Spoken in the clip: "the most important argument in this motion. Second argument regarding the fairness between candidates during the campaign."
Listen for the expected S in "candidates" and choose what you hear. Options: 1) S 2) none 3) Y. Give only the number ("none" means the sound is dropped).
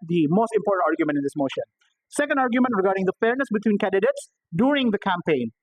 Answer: 1